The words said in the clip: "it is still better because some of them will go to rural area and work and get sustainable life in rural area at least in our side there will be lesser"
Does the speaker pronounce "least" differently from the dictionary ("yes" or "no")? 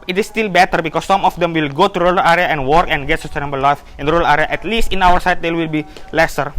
no